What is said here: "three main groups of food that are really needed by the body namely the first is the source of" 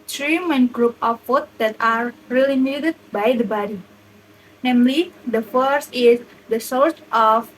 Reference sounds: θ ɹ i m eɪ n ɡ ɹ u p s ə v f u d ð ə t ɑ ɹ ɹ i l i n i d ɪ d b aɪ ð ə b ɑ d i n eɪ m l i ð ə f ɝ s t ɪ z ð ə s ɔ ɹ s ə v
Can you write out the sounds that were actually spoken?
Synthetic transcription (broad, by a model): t ɹ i m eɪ n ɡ ɹ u p ə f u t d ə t ɑ ɹ ɹ i l i n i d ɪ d b aɪ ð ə b ɑ d i n eɪ m l i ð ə f ɝ s t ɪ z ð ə s ɔ ɹ s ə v